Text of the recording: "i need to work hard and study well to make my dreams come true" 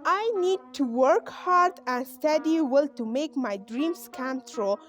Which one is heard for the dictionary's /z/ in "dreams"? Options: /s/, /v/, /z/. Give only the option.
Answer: /s/